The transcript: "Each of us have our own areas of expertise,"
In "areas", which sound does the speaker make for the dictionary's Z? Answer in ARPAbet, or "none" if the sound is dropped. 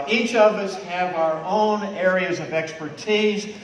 Z